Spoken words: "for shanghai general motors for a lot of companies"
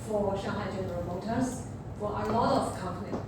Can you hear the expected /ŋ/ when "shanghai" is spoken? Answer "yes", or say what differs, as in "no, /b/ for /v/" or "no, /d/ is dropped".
no, /ŋ/ is dropped